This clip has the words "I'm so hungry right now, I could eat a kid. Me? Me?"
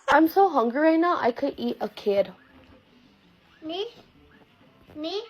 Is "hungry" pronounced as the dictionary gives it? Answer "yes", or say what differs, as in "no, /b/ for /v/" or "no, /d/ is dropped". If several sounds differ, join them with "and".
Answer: no, /ɹ/ is dropped